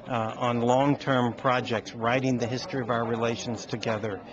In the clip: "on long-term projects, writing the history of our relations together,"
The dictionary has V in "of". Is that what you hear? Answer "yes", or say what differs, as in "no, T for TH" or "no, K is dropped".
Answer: yes